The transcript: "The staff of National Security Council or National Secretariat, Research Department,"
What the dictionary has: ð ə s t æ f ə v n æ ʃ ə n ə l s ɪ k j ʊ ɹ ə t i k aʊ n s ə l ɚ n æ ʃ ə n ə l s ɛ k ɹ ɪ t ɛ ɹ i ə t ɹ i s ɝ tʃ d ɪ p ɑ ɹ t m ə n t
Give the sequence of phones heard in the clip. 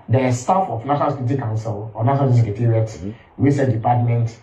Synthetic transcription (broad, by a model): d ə s t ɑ f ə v n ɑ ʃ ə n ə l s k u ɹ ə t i k aʊ n s ə l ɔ n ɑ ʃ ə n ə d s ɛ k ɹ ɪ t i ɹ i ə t w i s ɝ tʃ d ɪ p ɑ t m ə n t